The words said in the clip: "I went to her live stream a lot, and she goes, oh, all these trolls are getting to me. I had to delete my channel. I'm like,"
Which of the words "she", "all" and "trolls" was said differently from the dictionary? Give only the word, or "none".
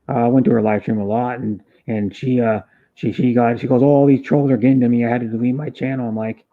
none